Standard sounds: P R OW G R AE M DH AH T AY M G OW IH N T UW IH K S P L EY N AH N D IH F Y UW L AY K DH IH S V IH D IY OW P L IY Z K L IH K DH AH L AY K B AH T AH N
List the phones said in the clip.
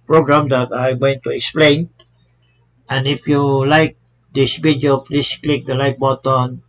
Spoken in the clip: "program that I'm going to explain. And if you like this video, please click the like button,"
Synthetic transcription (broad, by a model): P R OW G R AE M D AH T AY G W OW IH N T UW IH K S P L EY N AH N IH F Y UW L AY K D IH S B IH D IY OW P L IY S K L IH K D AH L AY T B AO T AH N